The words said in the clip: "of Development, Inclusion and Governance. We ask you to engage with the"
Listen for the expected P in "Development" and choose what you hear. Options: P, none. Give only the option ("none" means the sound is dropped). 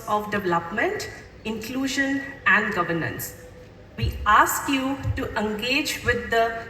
P